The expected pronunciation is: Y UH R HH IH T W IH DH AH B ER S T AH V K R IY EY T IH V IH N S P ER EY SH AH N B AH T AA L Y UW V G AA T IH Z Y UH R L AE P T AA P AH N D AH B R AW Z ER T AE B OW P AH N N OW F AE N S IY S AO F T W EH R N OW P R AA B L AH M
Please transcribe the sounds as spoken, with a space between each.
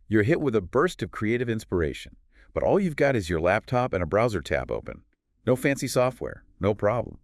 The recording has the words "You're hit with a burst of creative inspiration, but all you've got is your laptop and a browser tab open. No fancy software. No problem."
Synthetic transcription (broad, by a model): Y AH R HH IH T W IH DH AH B ER S T AH V K R IY EY T IH V IH N S P ER EY SH AH N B AH T AA L Y UW V G AA T IH Z Y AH R L AE P T AA P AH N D AH B R AW Z ER T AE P OW P AH N N OW F AE N S IY S AO F T W EH R N OW P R AA B L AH M